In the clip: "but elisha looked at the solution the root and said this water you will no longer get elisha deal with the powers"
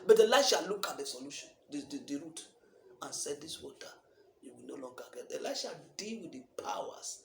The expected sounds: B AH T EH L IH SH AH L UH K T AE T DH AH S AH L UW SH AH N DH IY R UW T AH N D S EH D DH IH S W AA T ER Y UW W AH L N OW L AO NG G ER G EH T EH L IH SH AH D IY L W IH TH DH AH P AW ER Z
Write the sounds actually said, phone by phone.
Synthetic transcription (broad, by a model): B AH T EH L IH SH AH L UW K AA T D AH S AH L UW SH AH N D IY R UW T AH N S EH D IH S W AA T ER Y UW W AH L N OW L AO NG G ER G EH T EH L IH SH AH D IY L W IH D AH P AW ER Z